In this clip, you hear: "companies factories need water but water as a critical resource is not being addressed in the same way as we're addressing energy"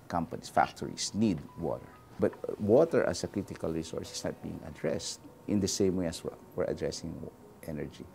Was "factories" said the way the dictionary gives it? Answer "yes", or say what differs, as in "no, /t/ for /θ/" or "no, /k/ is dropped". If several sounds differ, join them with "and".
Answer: no, /s/ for /z/